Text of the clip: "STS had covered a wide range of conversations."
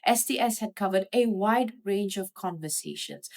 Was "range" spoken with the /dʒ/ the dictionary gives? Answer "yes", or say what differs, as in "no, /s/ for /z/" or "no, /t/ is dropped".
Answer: yes